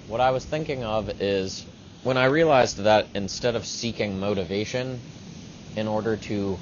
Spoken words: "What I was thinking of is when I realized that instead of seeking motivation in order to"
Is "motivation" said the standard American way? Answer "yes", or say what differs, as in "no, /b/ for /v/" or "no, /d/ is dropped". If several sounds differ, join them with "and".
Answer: yes